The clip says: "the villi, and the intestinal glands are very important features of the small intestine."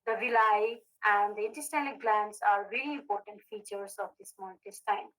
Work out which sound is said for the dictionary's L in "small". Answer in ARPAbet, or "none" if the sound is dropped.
N